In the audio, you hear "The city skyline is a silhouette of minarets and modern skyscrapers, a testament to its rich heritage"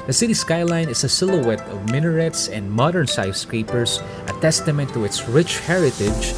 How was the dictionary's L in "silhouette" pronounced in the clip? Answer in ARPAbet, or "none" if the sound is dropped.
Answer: L